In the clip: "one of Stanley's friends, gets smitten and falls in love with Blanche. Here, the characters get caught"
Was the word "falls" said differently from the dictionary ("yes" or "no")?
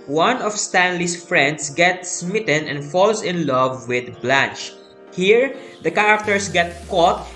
yes